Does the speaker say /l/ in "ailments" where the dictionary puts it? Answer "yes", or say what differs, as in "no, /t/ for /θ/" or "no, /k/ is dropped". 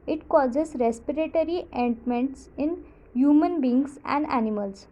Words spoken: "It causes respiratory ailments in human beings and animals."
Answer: no, /n/ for /l/